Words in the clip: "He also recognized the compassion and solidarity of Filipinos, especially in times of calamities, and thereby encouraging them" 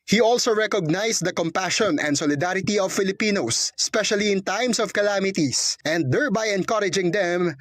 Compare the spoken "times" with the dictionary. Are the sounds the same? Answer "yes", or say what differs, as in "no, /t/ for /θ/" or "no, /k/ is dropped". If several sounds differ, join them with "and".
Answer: no, /s/ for /z/